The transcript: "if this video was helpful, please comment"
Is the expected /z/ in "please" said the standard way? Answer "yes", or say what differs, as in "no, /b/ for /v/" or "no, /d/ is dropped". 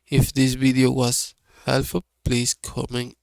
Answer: no, /s/ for /z/